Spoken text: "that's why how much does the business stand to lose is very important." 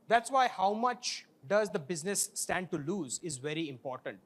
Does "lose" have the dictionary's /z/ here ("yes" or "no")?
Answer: yes